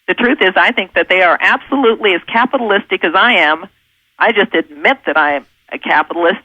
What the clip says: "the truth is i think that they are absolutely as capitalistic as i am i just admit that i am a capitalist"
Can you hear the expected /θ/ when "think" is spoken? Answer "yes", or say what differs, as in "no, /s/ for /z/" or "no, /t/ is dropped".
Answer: yes